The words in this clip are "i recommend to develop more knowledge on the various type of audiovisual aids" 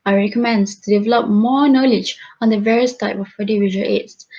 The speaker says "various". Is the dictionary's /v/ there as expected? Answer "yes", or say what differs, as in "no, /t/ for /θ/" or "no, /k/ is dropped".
yes